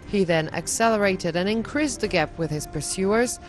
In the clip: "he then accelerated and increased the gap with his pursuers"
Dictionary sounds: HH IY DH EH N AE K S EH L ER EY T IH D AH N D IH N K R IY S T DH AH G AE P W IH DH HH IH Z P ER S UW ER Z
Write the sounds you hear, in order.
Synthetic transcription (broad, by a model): HH IY DH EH N AE K S EH L ER EY T IH D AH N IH N K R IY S DH AH G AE P W IH DH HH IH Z P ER S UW ER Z